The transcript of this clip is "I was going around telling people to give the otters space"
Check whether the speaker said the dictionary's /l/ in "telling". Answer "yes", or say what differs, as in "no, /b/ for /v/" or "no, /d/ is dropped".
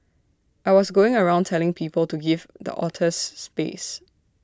yes